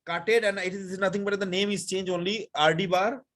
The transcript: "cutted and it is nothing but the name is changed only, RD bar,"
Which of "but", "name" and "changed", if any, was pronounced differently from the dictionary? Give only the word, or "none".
changed